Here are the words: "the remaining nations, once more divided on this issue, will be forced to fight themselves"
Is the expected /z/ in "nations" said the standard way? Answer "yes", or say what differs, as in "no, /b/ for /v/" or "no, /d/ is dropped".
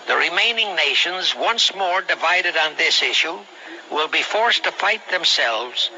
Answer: yes